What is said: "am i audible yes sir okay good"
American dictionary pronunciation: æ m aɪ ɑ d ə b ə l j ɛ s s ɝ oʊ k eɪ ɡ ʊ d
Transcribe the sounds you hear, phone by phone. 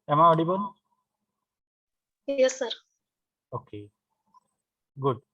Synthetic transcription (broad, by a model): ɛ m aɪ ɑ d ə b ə n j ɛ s s ɝ oʊ k eɪ ɡ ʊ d